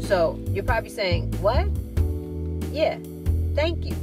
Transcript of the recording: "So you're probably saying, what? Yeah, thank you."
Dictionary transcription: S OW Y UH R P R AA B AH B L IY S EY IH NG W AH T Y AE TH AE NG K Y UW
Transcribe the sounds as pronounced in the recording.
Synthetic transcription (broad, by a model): S OW Y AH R P R AA B AH B L IY S EY IH NG W AH T Y AE TH AE NG K Y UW